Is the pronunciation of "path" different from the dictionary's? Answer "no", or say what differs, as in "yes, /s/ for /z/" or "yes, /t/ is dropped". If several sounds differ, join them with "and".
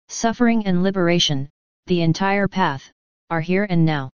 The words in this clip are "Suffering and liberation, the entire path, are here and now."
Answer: no